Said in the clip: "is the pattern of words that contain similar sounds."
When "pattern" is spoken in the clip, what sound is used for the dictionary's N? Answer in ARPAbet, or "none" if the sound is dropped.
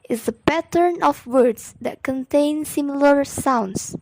N